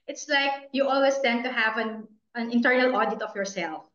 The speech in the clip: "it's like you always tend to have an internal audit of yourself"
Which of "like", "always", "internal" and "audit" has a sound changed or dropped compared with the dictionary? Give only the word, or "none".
always